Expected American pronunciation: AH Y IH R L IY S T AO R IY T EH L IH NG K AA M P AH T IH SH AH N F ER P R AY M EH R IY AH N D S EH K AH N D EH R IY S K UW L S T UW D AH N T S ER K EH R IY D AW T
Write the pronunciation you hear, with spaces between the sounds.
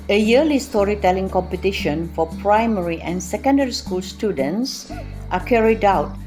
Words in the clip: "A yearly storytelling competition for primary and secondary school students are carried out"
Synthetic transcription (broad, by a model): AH Y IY L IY S T AO R IY T EH L IH NG K AA M P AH T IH SH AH N F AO P R AY M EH R IY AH N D S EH K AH N D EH R IY S K UW L S T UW D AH N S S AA K EH R IY D AW T